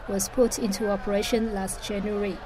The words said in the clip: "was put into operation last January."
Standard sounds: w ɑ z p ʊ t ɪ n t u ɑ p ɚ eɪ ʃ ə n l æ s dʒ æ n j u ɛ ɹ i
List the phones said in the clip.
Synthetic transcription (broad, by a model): w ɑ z p ʊ t ɪ n t u ɑ p ɚ eɪ ʃ ə n l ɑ s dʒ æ n j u ɹ i